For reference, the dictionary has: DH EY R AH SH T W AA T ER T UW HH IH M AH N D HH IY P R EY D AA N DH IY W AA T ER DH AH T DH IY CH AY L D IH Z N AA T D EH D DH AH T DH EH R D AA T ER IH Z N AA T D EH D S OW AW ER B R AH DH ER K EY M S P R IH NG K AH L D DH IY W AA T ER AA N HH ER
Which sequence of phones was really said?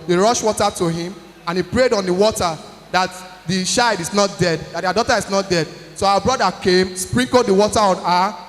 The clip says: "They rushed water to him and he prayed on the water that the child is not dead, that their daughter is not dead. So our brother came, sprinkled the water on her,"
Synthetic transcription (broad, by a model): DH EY R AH SH W AA T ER T UW HH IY M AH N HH IY P R EY D AA N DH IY W AA T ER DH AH T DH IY SH AY D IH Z N AA T D EH D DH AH T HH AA D AA T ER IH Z N AA T D EH D S OW AW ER B R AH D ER K EY M S P R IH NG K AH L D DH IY W AA T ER AA N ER